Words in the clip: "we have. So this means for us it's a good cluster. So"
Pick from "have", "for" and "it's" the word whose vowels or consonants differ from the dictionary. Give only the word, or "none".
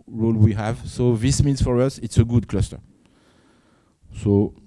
none